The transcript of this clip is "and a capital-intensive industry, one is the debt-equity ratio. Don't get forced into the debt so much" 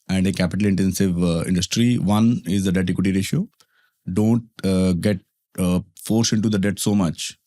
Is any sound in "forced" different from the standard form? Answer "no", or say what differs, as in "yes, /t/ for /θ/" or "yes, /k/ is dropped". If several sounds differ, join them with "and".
yes, /t/ is dropped